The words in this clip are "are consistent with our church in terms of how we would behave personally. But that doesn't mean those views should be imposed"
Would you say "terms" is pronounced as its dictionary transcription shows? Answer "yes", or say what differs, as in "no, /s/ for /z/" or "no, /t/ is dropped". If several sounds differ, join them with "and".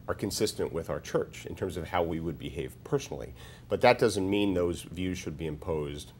yes